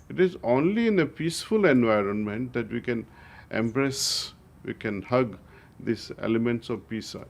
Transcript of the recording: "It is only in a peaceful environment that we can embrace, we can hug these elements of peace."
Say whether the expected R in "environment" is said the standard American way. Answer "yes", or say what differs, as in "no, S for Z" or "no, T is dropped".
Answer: yes